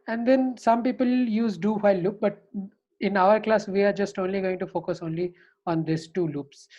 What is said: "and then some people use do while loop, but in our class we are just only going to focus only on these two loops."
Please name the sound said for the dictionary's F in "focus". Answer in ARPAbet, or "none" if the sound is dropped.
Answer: F